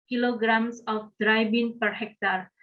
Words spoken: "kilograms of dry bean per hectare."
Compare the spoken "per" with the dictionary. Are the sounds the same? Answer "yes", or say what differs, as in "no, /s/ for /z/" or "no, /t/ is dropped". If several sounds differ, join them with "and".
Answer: yes